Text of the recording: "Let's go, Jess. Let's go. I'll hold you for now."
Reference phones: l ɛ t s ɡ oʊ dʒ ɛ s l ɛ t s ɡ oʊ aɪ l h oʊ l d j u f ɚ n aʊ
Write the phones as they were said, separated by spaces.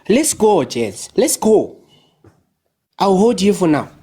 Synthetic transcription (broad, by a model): l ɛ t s ɡ oʊ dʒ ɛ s l ɛ t s ɡ oʊ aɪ w h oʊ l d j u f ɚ n aʊ